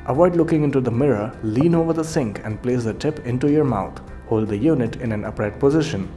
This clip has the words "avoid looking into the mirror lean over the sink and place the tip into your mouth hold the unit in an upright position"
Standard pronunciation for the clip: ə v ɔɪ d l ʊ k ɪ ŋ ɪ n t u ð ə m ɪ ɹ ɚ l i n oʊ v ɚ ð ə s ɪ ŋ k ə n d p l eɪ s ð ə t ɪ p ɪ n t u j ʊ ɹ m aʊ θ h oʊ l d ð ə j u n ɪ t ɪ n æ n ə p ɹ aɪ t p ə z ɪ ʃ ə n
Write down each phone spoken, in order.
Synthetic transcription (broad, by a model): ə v ɔɪ d l ʊ k ɪ ŋ ɪ n t u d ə m ɪ ɹ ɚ l i n oʊ v ɚ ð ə s ɪ ŋ k ə n d p l eɪ s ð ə t ɪ p ɪ n t u j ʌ ɹ m aʊ t h oʊ l d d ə j u n ɪ t ɪ n æ n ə p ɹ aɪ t p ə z ɪ ʃ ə n